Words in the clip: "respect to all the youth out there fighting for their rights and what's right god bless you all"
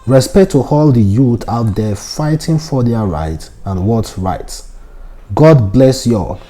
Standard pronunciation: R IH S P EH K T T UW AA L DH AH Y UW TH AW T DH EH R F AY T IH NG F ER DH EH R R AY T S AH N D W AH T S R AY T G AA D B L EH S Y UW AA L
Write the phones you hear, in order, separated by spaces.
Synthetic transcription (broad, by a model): R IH S P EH K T T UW AA L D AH Y UW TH AW T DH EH F AY T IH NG F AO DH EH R R AY T AH N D W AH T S R AY T G AA D B L EH S Y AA